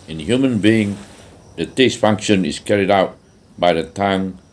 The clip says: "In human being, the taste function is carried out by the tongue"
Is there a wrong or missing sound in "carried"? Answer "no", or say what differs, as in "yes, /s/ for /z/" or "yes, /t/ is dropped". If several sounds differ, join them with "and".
no